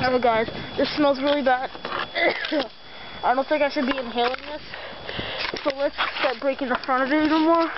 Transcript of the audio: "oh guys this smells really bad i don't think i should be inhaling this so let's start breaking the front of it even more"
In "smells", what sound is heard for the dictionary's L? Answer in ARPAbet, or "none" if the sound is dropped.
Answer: L